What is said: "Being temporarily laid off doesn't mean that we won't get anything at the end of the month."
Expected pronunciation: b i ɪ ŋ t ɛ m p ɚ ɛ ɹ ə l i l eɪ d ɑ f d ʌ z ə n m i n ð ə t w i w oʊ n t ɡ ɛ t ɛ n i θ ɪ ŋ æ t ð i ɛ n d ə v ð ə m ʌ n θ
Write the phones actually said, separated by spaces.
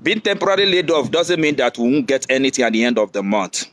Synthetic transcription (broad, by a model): b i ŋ t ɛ m p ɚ ɹ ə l i l eɪ d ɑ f d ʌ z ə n m i n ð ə t w i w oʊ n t ɡ ɛ t ɛ n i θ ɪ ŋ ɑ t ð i ɛ n d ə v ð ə m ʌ n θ